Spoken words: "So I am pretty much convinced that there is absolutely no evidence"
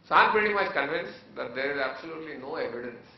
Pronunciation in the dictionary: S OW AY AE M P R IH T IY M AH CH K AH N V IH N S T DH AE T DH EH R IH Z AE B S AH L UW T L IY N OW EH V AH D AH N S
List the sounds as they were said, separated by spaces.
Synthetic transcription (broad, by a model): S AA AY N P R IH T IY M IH S K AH N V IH N S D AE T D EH R IH Z AE B S AH L UW T L IY N OW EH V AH D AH N S